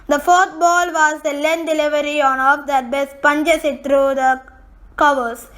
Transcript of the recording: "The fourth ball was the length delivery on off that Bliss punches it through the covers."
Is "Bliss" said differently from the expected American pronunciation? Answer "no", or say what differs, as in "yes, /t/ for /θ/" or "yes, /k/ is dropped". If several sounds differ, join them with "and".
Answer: yes, /l/ is dropped